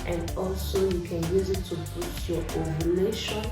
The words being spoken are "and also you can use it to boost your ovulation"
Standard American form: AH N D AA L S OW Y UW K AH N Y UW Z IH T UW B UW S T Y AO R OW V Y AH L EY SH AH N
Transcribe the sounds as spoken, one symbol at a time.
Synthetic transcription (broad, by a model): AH N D AA L S OW Y UW K AH N Y UW Z IH T UW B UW T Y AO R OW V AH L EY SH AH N